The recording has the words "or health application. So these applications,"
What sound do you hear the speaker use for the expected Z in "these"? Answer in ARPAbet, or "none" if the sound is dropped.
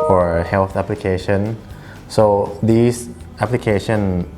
S